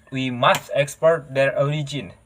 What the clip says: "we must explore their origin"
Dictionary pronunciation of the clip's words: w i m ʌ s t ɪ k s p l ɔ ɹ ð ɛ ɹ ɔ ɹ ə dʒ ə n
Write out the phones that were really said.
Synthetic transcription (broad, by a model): w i m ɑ s t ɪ k s p ɔ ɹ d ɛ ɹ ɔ ɹ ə dʒ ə n